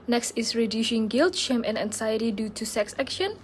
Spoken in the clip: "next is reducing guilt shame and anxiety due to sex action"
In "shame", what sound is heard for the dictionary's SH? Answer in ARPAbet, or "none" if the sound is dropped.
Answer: SH